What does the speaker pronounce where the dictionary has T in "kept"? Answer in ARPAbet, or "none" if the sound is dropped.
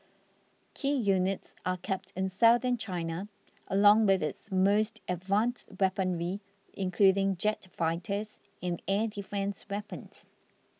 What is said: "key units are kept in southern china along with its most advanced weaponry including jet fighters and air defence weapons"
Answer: T